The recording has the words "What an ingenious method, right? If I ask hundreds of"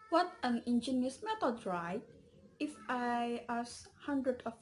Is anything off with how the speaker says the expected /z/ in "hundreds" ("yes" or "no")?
yes